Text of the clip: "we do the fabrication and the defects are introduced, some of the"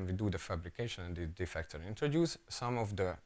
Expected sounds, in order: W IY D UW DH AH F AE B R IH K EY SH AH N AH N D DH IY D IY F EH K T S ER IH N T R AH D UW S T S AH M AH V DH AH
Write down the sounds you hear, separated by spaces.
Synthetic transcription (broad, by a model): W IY D UW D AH F AE B R IH K EY SH AH N AH N D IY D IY F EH K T ER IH N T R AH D UW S S AH M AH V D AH